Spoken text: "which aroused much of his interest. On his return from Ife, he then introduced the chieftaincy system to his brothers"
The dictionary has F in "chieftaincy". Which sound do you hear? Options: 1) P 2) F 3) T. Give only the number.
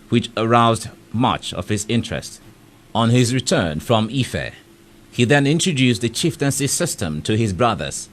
2